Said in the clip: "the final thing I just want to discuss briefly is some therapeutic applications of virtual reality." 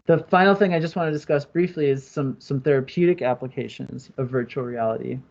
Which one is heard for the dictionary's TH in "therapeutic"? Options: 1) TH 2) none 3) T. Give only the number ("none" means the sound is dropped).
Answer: 1